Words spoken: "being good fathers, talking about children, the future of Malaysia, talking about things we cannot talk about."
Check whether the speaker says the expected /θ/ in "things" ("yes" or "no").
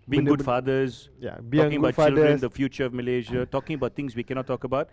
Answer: no